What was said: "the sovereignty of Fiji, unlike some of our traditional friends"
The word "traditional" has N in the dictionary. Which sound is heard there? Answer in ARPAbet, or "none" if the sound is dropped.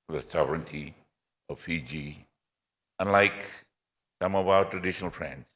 N